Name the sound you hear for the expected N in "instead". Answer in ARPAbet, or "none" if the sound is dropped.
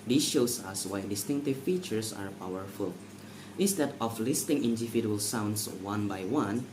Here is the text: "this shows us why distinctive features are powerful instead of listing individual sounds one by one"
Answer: none